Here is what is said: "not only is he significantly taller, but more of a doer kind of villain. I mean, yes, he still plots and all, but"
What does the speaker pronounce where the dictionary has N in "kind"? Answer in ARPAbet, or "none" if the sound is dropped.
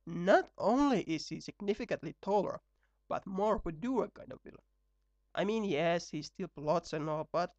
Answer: none